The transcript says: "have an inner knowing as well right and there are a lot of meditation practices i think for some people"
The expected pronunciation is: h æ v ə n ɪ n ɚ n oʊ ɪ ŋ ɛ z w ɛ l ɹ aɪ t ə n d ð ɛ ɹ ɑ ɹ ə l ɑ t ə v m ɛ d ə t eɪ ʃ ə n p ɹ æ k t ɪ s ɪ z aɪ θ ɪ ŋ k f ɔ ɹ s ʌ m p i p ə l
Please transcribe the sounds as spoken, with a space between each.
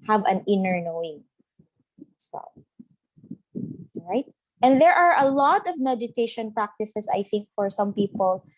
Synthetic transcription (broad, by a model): h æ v ə n ɪ n ɚ n oʊ ɪ ŋ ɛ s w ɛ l ɹ aɪ t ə n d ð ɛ ɹ ɑ ɹ ə l ɑ t ə v m ɛ d ə t eɪ ʃ ə n p ɹ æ k t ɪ s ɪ s aɪ θ ɪ ŋ k f ɔ ɹ s ʌ m p i p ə l